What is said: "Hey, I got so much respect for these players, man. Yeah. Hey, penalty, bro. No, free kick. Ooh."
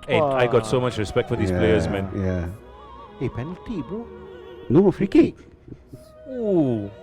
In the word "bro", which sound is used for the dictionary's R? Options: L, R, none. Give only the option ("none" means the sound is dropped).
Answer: none